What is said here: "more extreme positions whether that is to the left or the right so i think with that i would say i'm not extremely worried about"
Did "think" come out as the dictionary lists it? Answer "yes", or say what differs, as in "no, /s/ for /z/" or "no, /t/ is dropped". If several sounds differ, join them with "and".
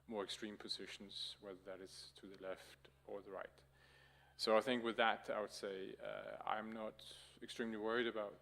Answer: yes